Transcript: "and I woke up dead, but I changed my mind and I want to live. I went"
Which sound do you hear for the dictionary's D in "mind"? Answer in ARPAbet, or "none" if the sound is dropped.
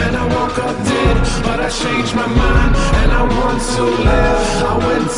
none